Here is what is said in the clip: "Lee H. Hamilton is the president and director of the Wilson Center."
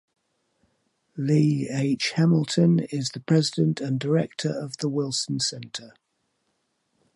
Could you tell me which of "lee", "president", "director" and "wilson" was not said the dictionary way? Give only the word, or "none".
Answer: none